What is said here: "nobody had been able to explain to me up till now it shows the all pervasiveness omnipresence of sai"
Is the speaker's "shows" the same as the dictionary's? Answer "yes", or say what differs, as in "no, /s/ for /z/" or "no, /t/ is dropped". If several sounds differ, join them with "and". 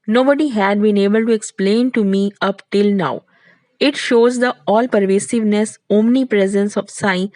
yes